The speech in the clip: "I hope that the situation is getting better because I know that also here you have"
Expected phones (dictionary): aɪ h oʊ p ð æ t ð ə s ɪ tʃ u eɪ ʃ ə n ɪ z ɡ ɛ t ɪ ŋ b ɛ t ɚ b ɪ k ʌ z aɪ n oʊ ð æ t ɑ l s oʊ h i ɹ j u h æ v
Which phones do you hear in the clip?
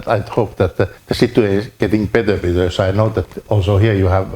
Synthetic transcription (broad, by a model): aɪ h oʊ p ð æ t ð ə s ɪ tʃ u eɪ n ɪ ɡ ɛ t ɪ ŋ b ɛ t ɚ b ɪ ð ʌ s aɪ n oʊ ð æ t ɑ l s oʊ h i ɹ j u h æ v